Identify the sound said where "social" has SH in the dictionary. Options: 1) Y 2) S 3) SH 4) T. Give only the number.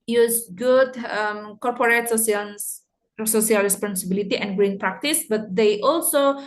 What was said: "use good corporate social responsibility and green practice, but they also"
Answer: 2